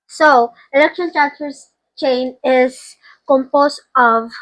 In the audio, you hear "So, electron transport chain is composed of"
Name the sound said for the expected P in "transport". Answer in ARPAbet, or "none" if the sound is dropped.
F